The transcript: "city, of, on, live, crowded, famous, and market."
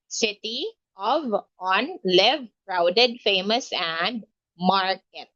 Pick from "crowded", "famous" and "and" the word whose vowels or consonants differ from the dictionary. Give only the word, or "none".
none